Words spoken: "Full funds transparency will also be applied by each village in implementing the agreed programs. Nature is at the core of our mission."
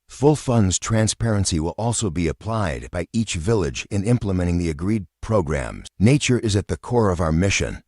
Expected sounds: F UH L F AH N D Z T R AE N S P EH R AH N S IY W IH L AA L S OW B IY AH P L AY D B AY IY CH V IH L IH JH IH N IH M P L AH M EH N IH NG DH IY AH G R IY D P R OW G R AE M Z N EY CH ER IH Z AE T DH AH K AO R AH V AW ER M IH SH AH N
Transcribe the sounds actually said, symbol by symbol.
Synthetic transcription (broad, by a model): F UH L F AH N D Z T R AE N S P EH R AH N S IY W IH L AA L S OW B IY AH P L AY D B AY IY CH V IH L IH JH IH N IH M P L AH M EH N IH NG DH IY AH G R IY D P R OW G R AE M Z N EY CH ER IH Z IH T DH AH K AO R AH V AW ER M IH SH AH N